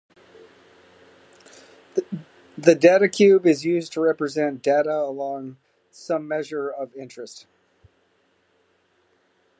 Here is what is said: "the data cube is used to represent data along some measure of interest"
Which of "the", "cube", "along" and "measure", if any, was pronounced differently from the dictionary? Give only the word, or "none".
none